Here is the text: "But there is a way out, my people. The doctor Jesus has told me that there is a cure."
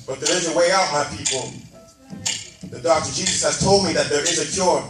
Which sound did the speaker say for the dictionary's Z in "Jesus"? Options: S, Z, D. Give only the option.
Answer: Z